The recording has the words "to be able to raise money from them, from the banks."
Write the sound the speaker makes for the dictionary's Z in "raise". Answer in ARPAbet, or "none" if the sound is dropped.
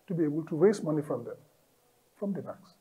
S